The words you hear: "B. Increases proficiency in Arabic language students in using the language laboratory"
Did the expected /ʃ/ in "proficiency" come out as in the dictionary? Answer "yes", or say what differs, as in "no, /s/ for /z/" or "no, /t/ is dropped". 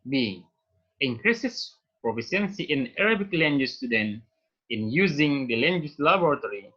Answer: no, /s/ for /ʃ/